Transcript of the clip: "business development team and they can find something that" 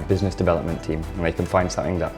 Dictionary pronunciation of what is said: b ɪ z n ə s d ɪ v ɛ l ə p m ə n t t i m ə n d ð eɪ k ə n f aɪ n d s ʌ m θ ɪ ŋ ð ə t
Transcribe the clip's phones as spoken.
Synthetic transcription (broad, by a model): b ɪ z n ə s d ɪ v ɛ l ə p m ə n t t i m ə n ð eɪ k ə n f aɪ n d s ʌ m θ ɪ ŋ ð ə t